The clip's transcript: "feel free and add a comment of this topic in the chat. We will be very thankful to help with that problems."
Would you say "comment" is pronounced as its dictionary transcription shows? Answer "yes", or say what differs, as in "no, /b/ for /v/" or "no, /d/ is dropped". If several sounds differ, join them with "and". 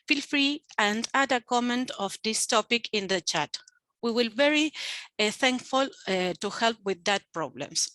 yes